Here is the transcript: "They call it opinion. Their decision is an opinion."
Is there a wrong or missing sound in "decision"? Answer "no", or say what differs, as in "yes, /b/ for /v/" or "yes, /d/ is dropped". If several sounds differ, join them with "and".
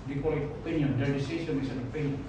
yes, /s/ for /ʒ/